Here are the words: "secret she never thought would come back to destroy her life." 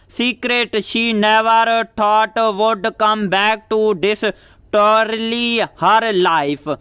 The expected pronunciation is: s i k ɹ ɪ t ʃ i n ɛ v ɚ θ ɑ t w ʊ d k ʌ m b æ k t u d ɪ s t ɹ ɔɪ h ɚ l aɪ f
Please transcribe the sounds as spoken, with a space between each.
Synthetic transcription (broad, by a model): s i k ɹ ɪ t ʃ i n ɛ v ɚ t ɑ t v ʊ d k ʌ m b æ k t u d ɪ s t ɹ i h ɚ l aɪ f